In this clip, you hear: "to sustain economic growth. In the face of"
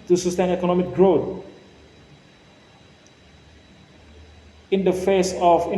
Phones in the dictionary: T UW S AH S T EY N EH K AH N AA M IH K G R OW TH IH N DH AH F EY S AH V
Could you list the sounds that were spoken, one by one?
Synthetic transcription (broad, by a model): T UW S AH S T EY N EH K AH N AA M IH K G R OW T IH N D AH F EY S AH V